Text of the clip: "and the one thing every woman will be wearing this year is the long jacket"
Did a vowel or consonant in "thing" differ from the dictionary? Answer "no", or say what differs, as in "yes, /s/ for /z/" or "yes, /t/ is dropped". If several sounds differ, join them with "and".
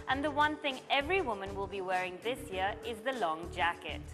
no